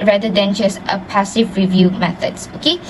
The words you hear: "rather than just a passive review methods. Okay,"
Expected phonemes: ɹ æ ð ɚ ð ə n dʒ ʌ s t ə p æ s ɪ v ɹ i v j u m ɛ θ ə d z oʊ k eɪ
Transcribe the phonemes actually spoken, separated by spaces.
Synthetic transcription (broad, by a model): ɹ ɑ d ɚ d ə n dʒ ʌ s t ə p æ s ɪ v ɹ i v j u m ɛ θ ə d s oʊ k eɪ